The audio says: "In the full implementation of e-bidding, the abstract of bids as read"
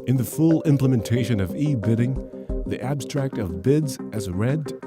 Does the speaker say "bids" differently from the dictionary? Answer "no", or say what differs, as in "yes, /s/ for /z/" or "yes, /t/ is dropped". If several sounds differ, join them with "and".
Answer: no